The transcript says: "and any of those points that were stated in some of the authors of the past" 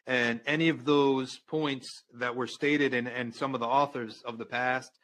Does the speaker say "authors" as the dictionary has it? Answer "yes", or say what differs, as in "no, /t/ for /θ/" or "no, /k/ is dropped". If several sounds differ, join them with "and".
yes